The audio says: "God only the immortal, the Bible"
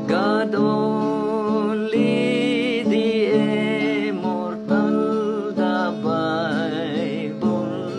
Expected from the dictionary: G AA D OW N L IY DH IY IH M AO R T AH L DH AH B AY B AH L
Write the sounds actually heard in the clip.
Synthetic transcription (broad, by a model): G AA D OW L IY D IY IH M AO R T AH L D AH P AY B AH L